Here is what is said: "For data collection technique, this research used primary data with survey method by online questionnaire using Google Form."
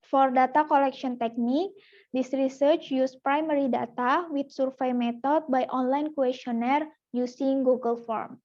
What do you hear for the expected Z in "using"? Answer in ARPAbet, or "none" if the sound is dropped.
S